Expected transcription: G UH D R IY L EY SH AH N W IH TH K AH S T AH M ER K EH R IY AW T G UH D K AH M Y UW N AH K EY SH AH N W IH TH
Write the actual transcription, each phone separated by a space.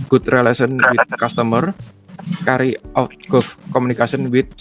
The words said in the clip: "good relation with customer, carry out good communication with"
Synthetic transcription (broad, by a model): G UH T R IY L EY S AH N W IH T K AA S T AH M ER K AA R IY AW T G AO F K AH M UW N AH K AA S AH N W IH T